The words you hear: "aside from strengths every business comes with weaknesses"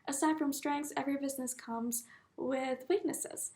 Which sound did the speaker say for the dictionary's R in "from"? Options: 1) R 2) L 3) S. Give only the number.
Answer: 1